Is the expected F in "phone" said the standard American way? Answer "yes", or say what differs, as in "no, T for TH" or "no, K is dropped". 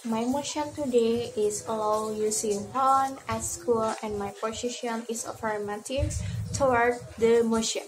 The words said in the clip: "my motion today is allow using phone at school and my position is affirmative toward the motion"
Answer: no, P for F